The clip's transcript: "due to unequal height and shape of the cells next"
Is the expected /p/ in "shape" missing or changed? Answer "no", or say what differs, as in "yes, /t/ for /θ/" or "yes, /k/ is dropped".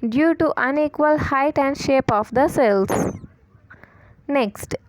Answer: no